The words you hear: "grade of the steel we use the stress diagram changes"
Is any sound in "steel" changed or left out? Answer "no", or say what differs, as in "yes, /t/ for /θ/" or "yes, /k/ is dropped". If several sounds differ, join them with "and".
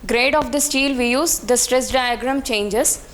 no